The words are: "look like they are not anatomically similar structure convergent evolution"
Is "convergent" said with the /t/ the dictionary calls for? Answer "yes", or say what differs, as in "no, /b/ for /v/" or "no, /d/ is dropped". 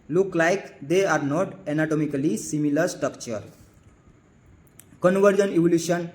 no, /t/ is dropped